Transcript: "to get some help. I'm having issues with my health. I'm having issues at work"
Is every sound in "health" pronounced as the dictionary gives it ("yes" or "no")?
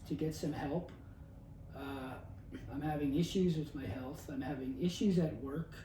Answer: yes